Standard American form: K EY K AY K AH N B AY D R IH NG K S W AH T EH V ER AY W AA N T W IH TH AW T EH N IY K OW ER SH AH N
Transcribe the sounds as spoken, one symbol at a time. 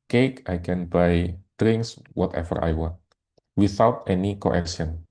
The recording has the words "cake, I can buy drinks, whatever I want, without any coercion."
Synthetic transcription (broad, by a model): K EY K AY K AH N B AY D R IH NG K S W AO T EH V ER AY W AA N T W IH TH AW T EH N IY K OW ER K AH N